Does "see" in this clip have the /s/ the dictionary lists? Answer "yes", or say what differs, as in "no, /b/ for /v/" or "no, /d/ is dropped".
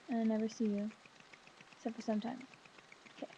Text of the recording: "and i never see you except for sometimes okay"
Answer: yes